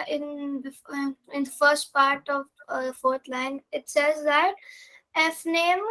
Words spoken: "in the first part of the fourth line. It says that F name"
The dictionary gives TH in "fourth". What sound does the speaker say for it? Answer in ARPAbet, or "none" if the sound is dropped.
T